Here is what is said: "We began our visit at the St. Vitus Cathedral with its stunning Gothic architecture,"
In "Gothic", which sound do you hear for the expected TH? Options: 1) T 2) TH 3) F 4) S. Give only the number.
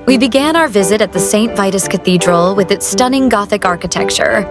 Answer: 2